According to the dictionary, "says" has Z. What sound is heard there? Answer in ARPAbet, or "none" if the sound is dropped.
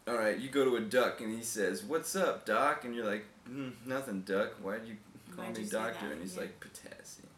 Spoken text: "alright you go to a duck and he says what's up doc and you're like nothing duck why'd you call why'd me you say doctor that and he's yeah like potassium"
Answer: Z